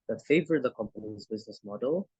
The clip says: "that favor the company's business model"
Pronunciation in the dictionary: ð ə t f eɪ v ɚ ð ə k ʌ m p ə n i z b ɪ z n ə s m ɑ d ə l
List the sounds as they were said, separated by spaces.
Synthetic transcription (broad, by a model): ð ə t f eɪ v ɚ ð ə k ʌ m p ə n i z b ɪ z n ə s m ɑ d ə l